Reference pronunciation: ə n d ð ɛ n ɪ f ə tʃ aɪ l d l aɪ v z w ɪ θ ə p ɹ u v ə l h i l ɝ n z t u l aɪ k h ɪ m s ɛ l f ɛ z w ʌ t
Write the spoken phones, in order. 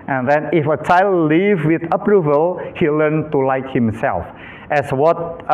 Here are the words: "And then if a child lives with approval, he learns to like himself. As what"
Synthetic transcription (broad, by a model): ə n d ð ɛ n ɪ f ə tʃ aɪ l d l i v w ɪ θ ə p ɹ u v ə l h i l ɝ n t u l aɪ k h ɪ m s ɛ l f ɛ s w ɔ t